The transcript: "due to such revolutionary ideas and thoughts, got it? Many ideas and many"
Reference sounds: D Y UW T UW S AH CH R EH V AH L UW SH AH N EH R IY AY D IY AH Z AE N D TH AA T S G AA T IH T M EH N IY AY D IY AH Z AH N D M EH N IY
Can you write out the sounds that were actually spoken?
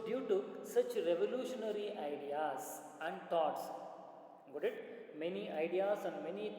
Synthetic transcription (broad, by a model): D Y UW T UW S AH CH R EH V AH L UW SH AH N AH R IY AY D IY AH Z AE N D T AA T S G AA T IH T M EH N IY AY D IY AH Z AH N D M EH N IY